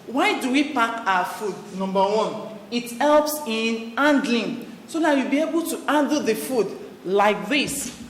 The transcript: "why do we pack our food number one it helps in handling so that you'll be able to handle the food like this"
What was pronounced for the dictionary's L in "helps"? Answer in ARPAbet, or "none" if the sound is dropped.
L